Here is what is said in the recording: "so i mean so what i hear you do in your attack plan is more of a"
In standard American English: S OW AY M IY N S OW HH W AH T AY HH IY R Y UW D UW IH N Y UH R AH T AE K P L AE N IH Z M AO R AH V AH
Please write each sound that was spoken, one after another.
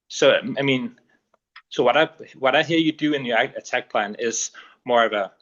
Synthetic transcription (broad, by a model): S OW AY M IY N S OW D W AH T AY HH IY R Y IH D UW IH N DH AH R AH T AE K P L AE N IH Z M AO R AH V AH